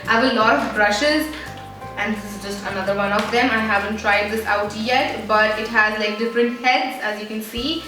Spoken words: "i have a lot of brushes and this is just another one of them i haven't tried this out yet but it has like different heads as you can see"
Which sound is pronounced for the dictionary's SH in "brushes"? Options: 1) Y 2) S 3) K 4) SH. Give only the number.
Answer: 4